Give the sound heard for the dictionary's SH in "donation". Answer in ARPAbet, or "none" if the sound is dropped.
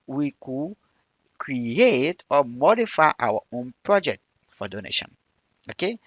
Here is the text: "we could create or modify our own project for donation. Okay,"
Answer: SH